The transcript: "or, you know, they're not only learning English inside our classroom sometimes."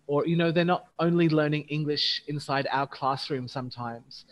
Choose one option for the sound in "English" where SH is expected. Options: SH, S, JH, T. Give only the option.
SH